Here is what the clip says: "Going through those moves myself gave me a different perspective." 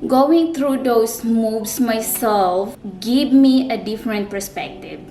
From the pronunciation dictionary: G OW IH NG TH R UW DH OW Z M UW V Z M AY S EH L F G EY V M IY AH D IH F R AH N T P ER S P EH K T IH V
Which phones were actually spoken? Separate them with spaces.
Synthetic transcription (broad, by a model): G OW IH NG T R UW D OW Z M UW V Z M AY S EH L F G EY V M IY AH D IH F R AH N T P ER S P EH K T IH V